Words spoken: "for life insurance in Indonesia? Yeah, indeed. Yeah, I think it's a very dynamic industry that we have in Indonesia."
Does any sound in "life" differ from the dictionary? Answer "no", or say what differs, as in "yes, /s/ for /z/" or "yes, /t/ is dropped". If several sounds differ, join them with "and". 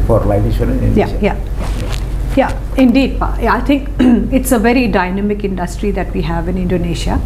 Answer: yes, /f/ is dropped